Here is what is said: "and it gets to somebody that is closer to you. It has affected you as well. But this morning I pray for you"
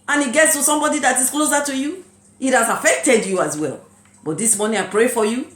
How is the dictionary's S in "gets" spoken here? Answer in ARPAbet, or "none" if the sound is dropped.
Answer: S